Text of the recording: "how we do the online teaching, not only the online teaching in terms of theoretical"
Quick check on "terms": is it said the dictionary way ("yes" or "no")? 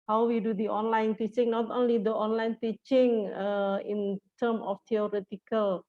no